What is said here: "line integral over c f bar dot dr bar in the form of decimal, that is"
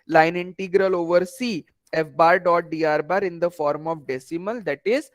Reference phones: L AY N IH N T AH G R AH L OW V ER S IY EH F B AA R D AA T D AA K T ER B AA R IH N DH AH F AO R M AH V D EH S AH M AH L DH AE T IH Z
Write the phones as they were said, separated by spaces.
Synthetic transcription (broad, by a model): L AY N IH N T AH G R AH L OW V ER S IY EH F B AA R D AA T D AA T B AA R IH N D AH F AO R M AH V D EH S AH M AH L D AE T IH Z